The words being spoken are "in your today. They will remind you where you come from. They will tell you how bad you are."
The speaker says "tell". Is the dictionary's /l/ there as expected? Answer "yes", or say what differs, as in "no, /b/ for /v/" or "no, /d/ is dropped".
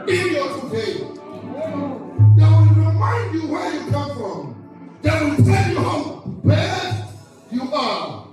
no, /n/ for /l/